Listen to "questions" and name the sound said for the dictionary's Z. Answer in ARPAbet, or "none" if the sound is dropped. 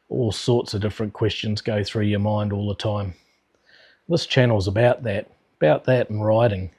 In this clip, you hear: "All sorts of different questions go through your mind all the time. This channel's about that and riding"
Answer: Z